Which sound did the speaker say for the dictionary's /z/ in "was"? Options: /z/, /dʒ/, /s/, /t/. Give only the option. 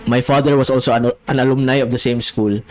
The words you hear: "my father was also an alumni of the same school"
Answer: /s/